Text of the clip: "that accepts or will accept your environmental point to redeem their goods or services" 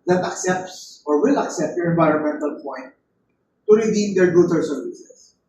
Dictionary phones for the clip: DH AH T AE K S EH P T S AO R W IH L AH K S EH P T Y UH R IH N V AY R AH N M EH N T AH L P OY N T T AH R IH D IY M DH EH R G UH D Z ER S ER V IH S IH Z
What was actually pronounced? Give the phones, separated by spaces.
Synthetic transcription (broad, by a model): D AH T AE K S EH P T S AO R W IH L AH K S EH P T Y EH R IH N V AY R AH N M EH N T AH L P OY N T T AH R IH D IY M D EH R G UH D ER S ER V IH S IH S